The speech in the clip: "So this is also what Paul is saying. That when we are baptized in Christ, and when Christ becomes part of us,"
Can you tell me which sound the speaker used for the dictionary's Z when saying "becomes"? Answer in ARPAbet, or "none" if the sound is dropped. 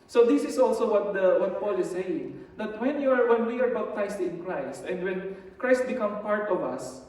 none